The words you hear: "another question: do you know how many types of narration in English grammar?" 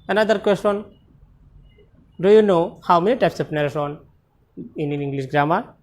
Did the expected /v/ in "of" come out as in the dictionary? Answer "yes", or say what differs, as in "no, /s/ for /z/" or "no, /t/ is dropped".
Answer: no, /p/ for /v/